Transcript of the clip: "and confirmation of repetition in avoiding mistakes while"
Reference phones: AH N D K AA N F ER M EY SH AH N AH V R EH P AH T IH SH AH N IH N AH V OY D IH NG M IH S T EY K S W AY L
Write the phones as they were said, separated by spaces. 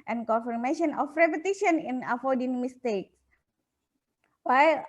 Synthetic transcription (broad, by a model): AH N K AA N F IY M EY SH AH N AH F R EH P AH T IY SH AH N IH N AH F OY D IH NG M IH S T EY K S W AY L